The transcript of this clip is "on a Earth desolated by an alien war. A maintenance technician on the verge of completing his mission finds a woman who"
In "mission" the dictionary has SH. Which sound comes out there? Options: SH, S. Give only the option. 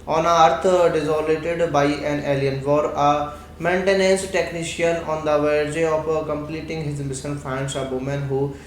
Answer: S